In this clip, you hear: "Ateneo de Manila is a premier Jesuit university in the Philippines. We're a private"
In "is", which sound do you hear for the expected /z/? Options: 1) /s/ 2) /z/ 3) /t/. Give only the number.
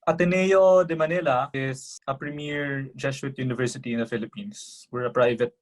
1